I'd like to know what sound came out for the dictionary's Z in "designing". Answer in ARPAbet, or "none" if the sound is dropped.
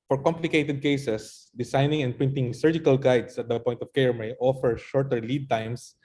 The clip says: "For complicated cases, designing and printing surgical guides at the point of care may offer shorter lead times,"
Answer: S